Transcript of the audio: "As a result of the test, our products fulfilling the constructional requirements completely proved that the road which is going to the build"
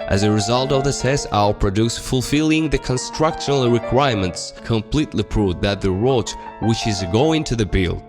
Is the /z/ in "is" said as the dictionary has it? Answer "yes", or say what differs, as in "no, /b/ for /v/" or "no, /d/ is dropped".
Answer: yes